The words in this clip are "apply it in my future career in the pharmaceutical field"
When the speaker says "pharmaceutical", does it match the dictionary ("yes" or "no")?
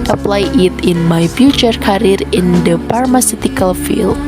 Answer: no